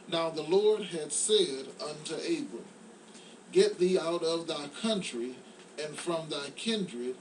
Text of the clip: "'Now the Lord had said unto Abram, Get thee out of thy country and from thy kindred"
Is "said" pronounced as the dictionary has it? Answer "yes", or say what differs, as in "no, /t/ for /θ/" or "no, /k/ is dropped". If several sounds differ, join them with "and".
yes